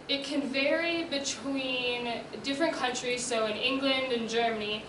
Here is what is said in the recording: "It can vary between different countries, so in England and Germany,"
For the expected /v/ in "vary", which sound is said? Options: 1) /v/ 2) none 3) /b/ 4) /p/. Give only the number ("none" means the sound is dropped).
1